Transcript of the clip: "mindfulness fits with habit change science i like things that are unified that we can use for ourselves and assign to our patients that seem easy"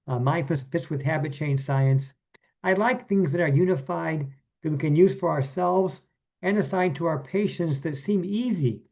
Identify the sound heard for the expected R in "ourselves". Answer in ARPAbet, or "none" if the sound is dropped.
R